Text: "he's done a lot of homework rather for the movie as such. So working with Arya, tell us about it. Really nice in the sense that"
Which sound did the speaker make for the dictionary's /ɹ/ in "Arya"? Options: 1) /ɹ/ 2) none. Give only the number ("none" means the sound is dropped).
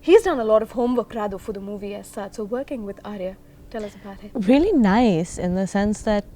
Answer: 1